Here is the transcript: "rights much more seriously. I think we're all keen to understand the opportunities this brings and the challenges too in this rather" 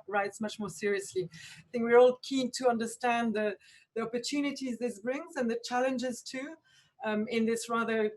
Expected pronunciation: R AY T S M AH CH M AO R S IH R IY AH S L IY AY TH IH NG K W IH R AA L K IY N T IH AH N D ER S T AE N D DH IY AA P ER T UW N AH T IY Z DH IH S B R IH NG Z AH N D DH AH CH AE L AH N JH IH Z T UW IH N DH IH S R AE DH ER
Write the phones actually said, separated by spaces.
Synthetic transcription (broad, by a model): R AY T S M AH CH M AO R S IH R IY AH S L IY AY TH IH NG K W IH R AA L K IY N T IH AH N D ER S T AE N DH DH IY AA P ER T UW N AH T IY Z DH IH S B R IH NG Z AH N DH AH CH AE L AH N JH IH Z T UW IH N DH IH S R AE DH ER